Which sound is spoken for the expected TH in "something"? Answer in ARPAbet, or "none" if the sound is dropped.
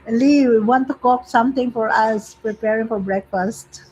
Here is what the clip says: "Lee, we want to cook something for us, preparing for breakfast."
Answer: T